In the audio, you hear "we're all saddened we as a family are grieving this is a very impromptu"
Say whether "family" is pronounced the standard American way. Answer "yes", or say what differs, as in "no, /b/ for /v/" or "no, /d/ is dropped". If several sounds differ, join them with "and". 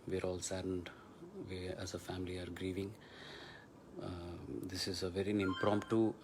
yes